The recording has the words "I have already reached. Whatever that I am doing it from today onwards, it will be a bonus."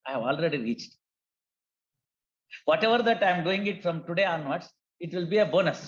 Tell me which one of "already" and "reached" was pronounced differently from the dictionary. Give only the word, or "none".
none